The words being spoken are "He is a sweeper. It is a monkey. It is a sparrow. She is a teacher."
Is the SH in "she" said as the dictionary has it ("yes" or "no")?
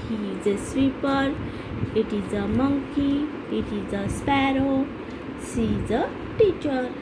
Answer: no